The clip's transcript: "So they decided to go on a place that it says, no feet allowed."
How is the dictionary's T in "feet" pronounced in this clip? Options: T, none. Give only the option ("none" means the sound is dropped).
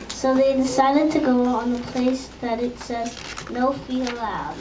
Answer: none